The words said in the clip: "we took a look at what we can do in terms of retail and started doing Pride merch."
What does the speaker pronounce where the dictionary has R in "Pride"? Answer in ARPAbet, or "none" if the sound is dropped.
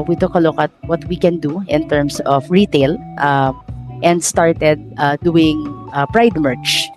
R